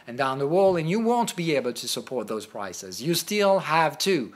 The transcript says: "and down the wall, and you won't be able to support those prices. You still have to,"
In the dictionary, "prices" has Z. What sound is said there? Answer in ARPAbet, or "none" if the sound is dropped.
Z